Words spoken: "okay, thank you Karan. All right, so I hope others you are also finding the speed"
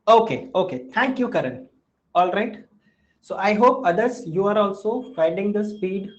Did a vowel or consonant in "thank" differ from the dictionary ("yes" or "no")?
yes